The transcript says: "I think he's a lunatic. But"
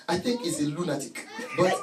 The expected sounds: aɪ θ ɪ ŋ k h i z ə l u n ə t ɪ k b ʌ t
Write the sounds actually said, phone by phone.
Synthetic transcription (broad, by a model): aɪ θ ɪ ŋ k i s ə l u n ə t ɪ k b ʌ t